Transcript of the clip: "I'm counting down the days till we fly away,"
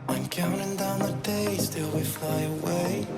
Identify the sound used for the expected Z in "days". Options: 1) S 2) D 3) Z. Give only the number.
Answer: 1